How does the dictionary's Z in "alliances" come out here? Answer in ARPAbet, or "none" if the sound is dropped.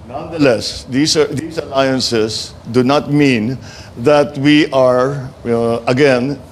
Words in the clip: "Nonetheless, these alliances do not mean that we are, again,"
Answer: S